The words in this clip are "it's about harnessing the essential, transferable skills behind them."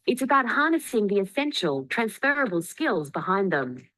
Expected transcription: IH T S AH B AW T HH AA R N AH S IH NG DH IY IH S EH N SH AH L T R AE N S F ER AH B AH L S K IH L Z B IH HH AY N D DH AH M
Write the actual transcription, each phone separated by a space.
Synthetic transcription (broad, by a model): IH T S AH B AW T HH AA R N AH S IH NG DH IY IH S EH N SH AH L T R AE N S F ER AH B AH L S K IH L Z B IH HH AY N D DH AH M